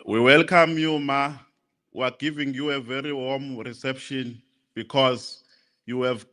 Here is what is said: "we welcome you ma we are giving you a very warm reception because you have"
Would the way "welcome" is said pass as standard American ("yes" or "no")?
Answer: yes